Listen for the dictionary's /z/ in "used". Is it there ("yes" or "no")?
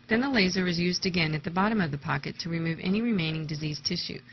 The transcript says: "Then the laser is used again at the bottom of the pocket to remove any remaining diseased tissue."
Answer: yes